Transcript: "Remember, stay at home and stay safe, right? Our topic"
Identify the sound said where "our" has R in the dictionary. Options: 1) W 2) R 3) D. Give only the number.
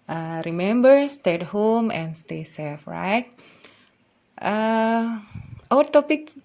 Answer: 1